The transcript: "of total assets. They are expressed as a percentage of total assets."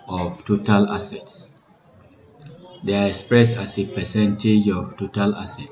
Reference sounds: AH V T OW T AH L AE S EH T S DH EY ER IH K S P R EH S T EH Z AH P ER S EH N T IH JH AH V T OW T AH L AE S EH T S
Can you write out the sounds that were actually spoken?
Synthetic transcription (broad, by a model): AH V T OW T AH L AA S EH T S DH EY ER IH K S P R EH S AA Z AH P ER S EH N T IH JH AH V T OW T AH L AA S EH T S